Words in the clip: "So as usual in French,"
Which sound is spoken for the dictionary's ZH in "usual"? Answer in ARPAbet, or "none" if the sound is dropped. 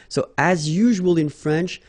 ZH